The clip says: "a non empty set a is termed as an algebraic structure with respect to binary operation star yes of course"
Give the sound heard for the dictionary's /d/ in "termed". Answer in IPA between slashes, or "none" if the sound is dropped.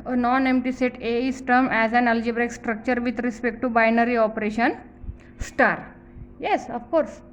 none